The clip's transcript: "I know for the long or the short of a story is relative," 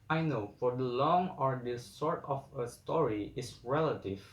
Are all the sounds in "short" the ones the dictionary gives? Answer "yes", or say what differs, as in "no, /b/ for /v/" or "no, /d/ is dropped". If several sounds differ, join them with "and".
no, /s/ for /ʃ/